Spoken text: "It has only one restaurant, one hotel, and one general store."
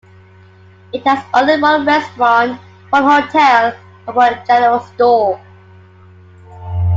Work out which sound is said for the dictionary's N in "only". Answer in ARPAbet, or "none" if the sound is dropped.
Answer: none